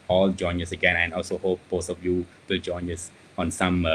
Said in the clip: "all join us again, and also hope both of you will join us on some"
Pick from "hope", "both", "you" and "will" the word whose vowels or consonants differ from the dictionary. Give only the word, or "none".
both